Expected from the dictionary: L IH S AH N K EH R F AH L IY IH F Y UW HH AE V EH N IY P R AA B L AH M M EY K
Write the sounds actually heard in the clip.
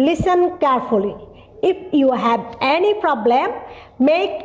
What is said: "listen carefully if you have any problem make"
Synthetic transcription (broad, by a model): L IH S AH N K EH R F AH L IY IH F Y UW HH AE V EH N IY P R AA B L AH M M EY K